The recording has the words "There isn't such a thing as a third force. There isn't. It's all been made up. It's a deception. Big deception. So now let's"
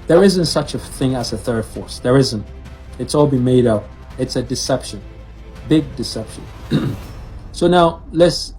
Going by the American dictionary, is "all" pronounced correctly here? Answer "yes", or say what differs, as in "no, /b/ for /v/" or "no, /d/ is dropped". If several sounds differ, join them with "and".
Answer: yes